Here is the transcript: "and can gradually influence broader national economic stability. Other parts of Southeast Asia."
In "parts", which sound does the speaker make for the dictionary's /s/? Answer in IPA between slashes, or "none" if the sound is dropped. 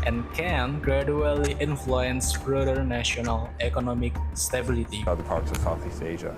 /s/